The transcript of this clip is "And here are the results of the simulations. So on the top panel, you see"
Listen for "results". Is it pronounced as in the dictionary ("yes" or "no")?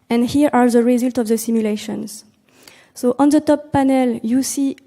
no